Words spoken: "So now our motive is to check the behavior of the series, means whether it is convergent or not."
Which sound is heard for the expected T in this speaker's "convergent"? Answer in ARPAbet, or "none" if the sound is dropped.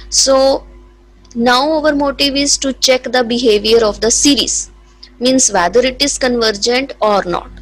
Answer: T